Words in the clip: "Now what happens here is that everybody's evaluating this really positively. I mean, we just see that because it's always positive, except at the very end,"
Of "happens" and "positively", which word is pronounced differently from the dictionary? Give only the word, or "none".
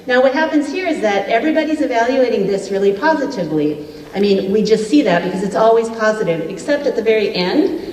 none